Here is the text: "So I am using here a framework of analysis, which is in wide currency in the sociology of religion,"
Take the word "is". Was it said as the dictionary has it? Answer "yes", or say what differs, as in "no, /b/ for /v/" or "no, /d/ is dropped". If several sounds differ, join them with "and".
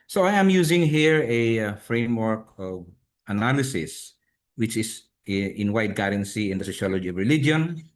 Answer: no, /s/ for /z/